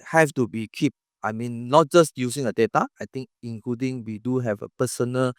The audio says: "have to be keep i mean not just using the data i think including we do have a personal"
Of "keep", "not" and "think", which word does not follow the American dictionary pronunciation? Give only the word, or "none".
think